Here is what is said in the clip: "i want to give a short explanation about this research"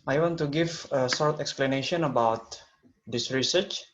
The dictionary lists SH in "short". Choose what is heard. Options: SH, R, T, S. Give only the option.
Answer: S